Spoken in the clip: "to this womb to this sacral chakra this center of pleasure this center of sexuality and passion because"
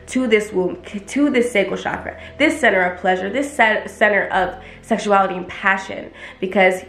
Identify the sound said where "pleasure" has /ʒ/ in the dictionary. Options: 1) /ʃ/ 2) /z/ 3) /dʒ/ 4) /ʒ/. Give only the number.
4